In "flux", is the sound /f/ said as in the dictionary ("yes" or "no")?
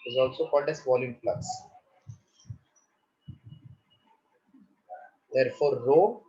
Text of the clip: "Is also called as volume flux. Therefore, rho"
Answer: no